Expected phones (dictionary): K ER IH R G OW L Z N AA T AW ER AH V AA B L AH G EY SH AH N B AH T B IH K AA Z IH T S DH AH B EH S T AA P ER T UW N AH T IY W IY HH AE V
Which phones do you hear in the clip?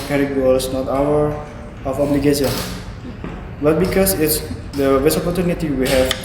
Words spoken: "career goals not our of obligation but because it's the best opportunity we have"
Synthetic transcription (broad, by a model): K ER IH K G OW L S N AA T AW ER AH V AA B L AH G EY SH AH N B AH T B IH K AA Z IH T S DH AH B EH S AA P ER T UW N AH T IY W IY HH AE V